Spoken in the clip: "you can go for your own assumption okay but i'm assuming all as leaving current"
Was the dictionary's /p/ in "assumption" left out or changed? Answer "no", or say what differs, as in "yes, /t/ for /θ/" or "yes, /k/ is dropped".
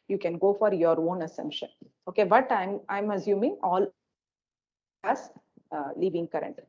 no